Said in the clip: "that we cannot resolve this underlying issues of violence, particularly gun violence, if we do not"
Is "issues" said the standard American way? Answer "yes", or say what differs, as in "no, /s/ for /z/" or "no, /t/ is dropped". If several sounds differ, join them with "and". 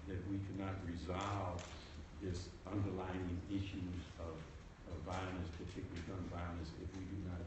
yes